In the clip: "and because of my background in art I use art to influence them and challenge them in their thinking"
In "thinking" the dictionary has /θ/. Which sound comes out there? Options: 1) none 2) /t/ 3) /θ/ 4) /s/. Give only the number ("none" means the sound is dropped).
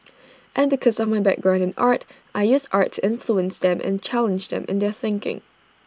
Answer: 3